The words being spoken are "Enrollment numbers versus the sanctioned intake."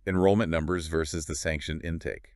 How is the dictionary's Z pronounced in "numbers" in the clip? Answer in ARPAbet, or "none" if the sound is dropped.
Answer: Z